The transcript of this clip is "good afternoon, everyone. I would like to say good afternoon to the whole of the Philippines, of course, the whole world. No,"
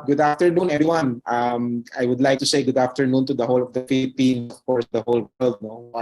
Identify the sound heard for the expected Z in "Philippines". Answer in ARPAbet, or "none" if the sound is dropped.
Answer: none